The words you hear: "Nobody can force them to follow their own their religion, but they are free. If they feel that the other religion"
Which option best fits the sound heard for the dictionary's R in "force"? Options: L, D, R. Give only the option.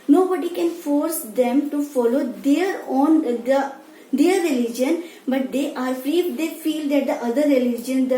R